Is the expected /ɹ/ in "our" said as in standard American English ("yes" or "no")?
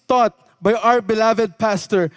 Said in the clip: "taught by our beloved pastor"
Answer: yes